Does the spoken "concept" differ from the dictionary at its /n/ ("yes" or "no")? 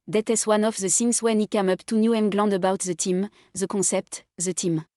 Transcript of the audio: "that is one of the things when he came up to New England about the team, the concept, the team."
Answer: yes